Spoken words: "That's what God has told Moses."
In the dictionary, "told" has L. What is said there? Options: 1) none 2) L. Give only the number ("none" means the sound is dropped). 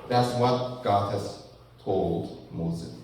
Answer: 2